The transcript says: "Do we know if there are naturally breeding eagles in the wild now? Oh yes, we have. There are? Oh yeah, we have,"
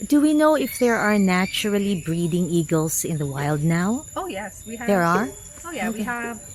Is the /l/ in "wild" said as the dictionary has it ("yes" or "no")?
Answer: yes